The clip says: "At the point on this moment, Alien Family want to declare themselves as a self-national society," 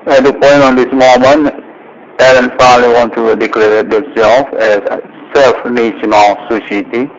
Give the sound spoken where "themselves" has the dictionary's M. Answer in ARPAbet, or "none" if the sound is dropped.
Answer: none